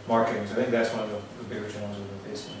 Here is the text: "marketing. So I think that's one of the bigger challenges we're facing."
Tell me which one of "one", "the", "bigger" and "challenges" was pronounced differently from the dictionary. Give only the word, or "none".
challenges